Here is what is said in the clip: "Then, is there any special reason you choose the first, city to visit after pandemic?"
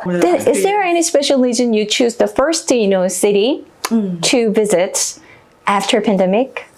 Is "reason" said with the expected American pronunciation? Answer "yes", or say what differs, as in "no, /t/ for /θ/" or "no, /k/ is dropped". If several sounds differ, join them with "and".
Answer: no, /l/ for /ɹ/